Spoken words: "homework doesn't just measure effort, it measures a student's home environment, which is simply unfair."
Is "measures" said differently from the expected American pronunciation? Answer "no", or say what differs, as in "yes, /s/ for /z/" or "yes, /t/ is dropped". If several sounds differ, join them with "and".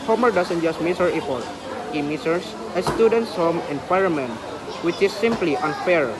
yes, /s/ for /ʒ/ and /s/ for /z/